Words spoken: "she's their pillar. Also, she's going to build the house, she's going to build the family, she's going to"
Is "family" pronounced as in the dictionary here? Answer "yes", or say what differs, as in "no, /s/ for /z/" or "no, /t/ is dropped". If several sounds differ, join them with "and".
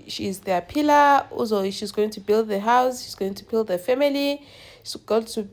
no, /l/ is dropped